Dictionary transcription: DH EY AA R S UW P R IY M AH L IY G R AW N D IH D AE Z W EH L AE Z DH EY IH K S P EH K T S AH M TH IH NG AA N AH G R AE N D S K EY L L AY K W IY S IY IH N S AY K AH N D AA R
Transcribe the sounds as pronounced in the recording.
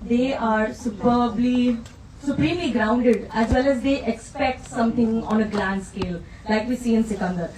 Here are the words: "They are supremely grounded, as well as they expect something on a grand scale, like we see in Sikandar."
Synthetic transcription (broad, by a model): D EY AA R S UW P L IY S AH L IY G R AW N D IH D AE Z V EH L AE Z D EY IH K S P EH K T S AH M T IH NG AA N AH G L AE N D S K EY L L AY K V IY S IY IH N S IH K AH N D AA R